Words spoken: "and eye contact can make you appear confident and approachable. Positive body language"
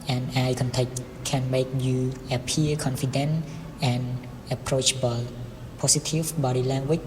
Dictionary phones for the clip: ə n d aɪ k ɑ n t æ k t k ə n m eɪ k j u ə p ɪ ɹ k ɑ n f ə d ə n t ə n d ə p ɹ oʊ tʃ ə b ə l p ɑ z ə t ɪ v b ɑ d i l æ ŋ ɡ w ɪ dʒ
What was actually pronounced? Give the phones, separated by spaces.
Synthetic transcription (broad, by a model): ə n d aɪ k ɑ n t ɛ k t k ə n m eɪ k j u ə p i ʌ k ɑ n f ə d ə n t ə n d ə p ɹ oʊ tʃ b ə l p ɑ s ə t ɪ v b ɑ d i l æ ŋ ɡ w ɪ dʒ